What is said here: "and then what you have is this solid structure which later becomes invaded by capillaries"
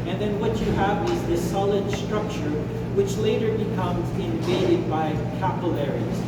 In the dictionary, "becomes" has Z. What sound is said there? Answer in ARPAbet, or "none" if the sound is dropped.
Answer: Z